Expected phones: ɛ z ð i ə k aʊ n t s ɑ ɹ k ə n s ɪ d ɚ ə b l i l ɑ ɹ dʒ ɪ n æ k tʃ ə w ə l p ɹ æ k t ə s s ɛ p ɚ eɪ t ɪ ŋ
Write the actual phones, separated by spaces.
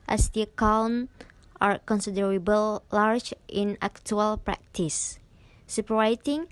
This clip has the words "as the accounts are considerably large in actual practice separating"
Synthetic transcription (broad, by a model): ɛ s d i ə k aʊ n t ɑ ɹ k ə n s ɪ d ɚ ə b i l ɑ ɹ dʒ ɪ n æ k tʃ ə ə l p ɹ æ k t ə s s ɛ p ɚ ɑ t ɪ ŋ